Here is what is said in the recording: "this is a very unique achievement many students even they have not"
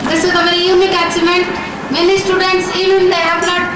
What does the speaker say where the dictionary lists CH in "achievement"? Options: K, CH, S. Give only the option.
S